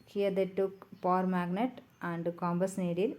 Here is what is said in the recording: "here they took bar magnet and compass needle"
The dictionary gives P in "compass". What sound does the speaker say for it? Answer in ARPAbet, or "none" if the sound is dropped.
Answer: B